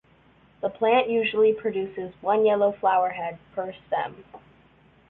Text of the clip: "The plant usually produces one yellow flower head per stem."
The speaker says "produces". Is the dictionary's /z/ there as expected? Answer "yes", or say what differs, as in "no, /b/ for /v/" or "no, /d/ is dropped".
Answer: yes